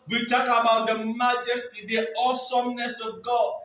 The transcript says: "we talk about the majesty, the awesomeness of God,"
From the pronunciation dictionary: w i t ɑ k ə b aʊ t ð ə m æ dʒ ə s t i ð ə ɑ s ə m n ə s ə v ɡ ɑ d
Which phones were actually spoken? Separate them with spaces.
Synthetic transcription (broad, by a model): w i t ɑ k ə b aʊ t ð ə m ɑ dʒ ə s t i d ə ɑ s ə m n ə s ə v ɡ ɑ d